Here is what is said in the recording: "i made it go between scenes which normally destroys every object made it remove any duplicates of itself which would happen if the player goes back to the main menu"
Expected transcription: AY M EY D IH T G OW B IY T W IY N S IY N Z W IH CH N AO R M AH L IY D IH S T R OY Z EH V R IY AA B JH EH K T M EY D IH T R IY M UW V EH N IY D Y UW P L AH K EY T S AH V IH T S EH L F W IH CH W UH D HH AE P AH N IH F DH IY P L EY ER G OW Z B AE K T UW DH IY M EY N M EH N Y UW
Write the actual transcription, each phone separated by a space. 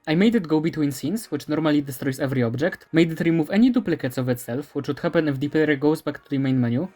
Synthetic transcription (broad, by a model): AY M EY D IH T G OW B IY T W IY N S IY N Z W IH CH N AO R M AH L IY D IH S T R OY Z EH V R IY AA B JH EH K T M EY D IH T R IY M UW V EH N IY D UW P L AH K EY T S AH V IH T S EH L F W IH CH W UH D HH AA P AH N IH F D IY P EY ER G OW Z B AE K T UW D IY M EY N M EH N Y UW